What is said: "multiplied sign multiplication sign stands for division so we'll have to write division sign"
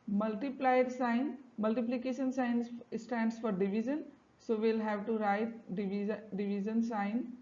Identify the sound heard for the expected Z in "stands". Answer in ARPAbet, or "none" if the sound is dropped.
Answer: S